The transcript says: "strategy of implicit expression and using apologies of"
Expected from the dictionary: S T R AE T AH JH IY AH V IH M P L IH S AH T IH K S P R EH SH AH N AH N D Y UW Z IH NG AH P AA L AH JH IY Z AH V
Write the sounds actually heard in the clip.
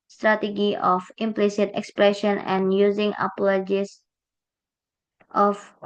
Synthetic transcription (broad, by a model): S T R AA T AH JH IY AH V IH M P L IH S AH T IH K S P R EH SH AH N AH N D Y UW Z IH NG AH P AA L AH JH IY S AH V